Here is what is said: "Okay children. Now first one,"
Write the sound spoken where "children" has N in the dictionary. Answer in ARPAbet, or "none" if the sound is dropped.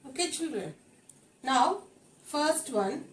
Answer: N